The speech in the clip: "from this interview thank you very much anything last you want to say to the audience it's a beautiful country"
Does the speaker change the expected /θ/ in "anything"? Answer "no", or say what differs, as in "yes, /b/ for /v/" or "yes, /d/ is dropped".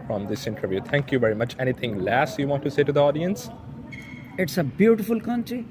yes, /t/ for /θ/